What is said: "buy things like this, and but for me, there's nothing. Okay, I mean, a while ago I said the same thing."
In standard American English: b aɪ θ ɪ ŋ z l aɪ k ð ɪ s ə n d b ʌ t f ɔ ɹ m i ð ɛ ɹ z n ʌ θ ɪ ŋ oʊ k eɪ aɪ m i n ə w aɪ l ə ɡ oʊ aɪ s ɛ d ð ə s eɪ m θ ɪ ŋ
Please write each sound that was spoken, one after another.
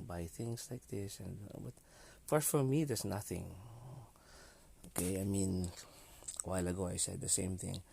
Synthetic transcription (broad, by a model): b aɪ θ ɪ ŋ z l aɪ k ð ɪ s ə n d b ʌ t f ɔ ɹ m i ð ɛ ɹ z n ʌ θ ɪ ŋ oʊ k eɪ aɪ m i n w aɪ l ə ɡ oʊ aɪ s ɛ d ð ə s eɪ m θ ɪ ŋ